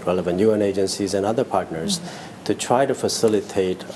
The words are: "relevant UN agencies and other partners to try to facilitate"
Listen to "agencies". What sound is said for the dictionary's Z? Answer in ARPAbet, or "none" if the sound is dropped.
Z